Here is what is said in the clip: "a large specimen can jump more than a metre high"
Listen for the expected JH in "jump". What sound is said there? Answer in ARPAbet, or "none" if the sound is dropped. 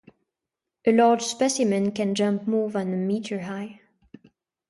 JH